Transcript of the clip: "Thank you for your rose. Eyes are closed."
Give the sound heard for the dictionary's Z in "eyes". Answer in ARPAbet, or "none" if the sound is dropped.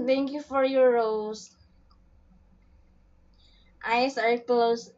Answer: S